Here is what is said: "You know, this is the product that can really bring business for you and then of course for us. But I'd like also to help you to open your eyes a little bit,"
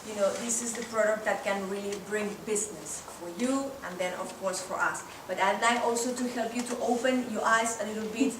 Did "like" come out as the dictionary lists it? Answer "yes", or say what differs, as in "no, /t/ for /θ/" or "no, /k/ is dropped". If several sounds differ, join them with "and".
no, /k/ is dropped